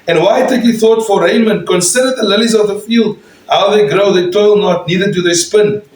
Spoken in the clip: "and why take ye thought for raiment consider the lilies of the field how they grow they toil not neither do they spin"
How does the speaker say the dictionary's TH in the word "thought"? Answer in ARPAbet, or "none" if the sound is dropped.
TH